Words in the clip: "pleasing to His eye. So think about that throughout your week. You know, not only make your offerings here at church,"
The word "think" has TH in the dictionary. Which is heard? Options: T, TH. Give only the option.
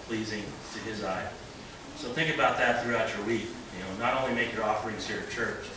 TH